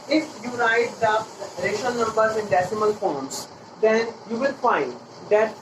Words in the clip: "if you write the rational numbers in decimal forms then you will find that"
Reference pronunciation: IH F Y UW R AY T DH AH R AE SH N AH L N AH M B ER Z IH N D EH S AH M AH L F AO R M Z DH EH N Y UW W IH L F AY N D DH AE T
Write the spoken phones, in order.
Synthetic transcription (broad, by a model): IH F Y UW R AY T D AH R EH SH AH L N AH M B ER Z IH N D EH S AH M AH L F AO R M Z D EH N Y UW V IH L F AY N D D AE T